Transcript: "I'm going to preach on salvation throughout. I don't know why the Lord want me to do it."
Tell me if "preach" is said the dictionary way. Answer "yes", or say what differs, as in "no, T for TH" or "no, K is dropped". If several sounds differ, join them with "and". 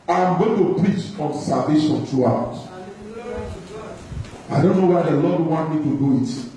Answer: yes